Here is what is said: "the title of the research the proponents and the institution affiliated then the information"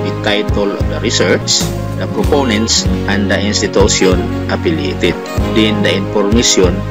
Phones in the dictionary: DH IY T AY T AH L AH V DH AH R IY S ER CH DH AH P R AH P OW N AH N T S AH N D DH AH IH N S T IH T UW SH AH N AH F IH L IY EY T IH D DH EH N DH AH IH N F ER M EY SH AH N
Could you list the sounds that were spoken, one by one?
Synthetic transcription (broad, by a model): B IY T AY T AH L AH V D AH R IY S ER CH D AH P R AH P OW N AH N T S AH N D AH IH N S T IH T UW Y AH N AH P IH L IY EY T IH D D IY N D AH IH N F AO M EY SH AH N